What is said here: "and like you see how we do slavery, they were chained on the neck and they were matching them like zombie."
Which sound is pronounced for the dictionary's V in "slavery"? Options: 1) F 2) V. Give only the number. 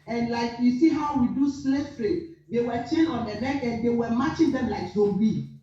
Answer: 1